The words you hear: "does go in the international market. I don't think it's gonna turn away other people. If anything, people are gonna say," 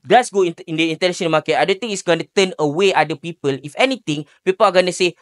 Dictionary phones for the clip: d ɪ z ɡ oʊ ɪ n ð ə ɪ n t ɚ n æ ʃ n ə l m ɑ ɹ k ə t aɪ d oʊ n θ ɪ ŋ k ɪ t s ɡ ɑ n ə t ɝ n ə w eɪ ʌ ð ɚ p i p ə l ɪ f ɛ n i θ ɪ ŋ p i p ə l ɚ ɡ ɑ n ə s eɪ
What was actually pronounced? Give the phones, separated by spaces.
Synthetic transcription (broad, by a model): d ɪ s ɡ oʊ ɪ n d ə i n t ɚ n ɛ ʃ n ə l m ɑ k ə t aɪ d oʊ n t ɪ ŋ ɪ t s ɡ ɑ n ə t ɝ n ə w eɪ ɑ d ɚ p i p ə l ɪ f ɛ n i t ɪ ŋ p i p ə l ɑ ɡ ɑ n ə s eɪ